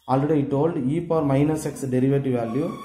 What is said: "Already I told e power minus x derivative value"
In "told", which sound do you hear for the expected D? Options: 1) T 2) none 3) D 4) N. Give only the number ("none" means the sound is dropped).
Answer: 3